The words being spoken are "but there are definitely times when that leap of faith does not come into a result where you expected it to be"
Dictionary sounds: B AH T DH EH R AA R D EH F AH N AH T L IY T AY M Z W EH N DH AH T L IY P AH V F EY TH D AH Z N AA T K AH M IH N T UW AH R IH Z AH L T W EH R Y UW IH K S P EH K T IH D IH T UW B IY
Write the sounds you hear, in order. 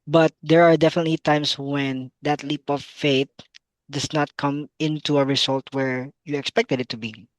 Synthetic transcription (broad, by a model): B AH T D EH R AA R D EH F AH N AH T L IY T AY M S W EH N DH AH T L IY P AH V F EY T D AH S N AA T K AH M IH N T UW AH R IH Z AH L T W EH R Y UW IH K S P EH K T IH D IH T UW B IY